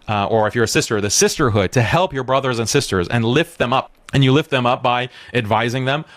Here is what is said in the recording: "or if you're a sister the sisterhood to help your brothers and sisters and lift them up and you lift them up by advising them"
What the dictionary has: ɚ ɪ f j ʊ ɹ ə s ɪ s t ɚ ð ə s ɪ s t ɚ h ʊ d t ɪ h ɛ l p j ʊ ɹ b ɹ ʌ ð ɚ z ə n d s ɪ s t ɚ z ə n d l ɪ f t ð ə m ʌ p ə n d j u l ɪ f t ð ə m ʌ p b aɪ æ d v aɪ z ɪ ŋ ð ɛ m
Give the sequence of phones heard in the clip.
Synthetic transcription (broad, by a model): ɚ ɪ f j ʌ ɹ ə s ɪ s t ɚ ð ə s ɪ s t ɚ h ʊ d t ɪ h ɛ l p j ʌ ɹ b ɹ ʌ ð ɚ z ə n s ɪ s t ɚ z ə n l ɪ f t ð ə m ʌ p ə n j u l ɪ f t ð ə m ʌ p b aɪ æ d v aɪ z ɪ ŋ ð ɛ m